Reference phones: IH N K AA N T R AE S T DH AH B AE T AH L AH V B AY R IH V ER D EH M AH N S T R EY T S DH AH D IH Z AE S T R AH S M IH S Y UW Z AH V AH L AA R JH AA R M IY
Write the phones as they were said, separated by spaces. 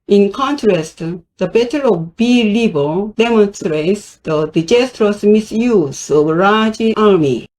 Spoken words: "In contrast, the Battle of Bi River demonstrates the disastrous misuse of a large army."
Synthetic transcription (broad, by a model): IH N K AA N T R AE S T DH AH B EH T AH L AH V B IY L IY B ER D EH M AH N S T R EY T S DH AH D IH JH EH S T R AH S M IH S Y UW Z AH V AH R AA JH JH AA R M IY